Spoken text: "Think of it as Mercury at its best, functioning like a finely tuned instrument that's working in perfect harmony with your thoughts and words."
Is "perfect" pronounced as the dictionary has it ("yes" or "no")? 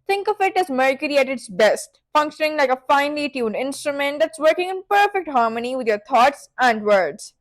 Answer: yes